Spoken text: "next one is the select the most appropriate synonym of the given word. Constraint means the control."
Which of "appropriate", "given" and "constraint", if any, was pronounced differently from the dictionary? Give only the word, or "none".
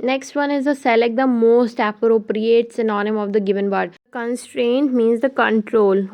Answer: none